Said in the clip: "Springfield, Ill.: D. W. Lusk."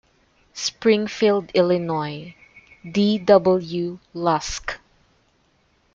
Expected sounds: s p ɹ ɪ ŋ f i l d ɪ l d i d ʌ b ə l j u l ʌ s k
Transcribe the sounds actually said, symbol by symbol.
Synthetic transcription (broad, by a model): s p ɹ ɪ ŋ f i l d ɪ l d i d ʌ b ə l j u l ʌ s k